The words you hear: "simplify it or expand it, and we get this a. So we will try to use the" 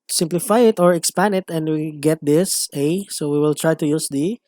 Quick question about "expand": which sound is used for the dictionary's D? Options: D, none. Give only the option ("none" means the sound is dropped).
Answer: none